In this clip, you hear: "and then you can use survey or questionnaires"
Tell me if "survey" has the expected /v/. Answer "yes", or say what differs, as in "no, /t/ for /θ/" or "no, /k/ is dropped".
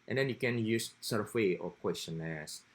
no, /w/ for /v/